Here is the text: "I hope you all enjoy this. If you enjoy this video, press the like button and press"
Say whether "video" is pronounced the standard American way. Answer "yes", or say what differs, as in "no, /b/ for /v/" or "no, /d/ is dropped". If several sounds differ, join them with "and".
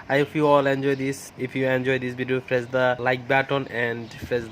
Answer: no, /b/ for /v/